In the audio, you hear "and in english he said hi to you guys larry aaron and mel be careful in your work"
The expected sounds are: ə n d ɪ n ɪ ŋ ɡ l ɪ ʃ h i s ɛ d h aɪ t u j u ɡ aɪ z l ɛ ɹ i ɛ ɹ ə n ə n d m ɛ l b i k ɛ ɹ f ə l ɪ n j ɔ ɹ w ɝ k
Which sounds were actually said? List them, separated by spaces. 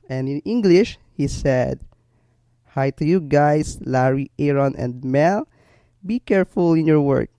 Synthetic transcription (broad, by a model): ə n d ɪ n ɪ ŋ ɡ l ɪ ʃ h i s ɛ d h aɪ t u j u ɡ aɪ s l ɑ ɹ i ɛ ɹ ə n ə n d m ɛ l b i k ɛ ɹ f ə l ɪ n j ɔ ɹ w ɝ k